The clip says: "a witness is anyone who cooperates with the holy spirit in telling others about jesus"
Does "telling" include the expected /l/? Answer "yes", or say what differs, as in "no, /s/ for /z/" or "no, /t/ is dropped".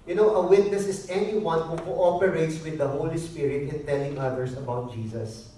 yes